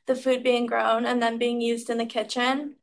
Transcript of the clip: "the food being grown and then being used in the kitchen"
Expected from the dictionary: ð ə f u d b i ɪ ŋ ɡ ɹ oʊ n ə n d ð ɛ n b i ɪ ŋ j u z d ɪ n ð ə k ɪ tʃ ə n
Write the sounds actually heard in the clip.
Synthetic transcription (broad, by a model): ð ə f u d b i ɪ ŋ ɡ ɹ oʊ n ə n ð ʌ n b i ɪ ŋ j u z d ɪ n ð ə k ɪ tʃ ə n